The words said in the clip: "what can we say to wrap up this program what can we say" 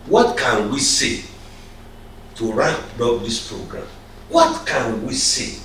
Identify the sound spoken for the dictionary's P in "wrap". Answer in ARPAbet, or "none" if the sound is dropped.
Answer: B